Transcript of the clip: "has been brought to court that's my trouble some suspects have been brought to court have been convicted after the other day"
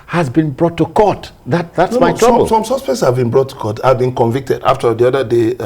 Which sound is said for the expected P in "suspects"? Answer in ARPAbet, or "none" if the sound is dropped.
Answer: P